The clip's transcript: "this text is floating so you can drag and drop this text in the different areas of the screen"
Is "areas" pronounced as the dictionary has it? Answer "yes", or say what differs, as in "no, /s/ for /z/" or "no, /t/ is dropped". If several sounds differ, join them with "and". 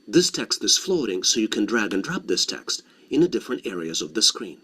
yes